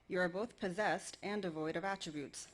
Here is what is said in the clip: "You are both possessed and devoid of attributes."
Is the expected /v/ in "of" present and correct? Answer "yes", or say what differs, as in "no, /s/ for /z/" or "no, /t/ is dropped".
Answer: yes